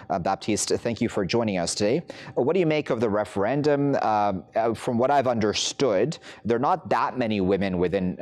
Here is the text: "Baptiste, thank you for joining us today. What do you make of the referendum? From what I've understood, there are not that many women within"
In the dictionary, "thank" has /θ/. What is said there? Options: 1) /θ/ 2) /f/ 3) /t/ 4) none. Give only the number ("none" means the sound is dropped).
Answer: 1